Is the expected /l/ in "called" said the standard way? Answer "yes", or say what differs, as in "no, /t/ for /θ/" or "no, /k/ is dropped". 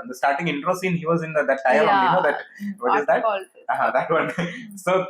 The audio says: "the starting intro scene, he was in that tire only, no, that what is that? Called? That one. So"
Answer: no, /l/ is dropped